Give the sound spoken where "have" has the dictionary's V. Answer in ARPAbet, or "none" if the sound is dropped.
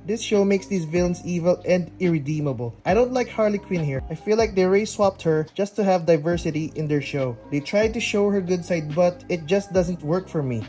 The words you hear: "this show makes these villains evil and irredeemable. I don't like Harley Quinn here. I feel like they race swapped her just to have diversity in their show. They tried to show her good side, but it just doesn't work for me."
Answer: V